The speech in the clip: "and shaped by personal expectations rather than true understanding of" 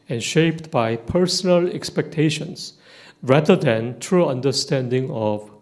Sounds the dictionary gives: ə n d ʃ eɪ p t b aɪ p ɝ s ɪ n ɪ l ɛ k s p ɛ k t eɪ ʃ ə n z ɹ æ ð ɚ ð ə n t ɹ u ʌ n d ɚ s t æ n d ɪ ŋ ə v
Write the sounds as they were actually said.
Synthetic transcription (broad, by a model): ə n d ʃ eɪ p t b aɪ p ɝ s ɪ n ɪ l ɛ k s p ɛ k t eɪ ʃ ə n s ɹ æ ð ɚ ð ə n t ɹ u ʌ n d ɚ s t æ n d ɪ ŋ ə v